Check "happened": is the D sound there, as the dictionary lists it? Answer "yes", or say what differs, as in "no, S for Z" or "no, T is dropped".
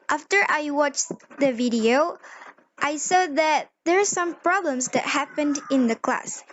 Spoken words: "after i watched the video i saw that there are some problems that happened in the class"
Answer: yes